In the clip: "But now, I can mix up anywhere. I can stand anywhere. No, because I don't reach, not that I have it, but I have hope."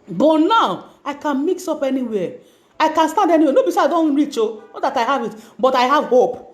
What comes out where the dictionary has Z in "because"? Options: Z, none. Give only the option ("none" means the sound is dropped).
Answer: none